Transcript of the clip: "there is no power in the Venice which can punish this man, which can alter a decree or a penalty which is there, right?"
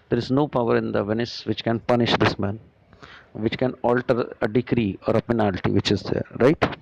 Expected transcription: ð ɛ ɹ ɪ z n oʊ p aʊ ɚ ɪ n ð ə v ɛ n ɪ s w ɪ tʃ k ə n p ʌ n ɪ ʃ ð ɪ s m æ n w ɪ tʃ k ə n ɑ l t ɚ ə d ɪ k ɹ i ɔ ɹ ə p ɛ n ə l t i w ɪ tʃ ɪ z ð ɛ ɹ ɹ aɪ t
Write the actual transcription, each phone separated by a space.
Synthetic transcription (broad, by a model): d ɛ ɹ ɪ z n oʊ p aʊ ɚ ɪ n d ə v ɛ n ɪ s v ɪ tʃ k ə n p ʌ n ɪ ʃ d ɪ s m æ n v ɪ tʃ k ə n ɑ l t ɚ ə d ɪ k ɹ i ɔ ɹ ə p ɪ n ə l t i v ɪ tʃ ɪ z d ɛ ɹ ɹ aɪ t